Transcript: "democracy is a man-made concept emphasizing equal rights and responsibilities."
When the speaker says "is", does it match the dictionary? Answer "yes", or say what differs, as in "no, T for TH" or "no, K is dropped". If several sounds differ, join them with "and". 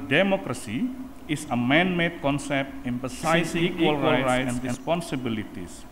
no, S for Z